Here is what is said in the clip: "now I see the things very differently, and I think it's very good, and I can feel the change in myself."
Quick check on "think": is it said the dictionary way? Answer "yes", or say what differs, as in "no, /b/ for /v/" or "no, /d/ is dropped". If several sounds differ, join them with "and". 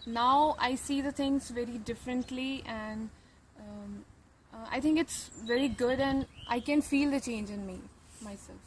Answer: no, /t/ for /θ/